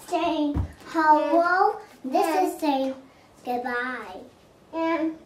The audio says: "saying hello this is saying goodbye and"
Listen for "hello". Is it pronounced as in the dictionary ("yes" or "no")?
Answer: no